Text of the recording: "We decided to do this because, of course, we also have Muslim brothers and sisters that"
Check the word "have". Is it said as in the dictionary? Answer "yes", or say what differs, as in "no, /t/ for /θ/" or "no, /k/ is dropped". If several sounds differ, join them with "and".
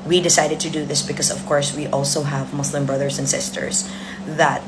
yes